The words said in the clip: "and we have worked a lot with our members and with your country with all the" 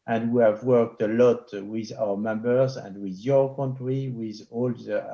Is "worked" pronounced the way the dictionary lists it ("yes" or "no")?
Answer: yes